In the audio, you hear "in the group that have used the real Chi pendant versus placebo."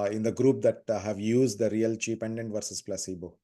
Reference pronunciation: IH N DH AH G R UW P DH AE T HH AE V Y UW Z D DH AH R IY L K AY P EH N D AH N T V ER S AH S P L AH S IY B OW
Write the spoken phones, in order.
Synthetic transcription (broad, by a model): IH N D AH G R UW P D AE T HH AE V Y UW Z D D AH R IY L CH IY P EH N D AH N T V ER S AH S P L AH S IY B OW